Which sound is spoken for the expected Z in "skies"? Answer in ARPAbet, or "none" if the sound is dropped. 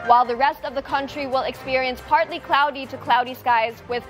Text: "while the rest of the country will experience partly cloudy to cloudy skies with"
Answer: Z